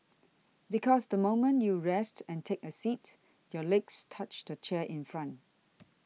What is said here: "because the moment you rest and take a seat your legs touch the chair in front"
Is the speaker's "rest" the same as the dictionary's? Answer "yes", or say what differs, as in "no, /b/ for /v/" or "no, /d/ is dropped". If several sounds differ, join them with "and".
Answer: yes